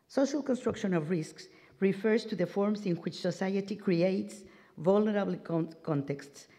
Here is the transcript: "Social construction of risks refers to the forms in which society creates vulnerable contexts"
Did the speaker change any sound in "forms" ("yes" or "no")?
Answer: yes